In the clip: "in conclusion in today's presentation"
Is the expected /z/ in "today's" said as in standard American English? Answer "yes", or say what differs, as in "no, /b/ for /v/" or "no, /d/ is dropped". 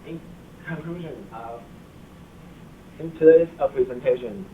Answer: no, /z/ is dropped